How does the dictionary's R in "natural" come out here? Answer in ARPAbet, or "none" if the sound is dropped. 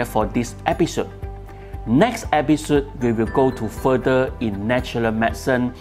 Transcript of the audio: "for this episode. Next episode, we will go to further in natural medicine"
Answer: none